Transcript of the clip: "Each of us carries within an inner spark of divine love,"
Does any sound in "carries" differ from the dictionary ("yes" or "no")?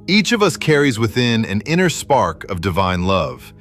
no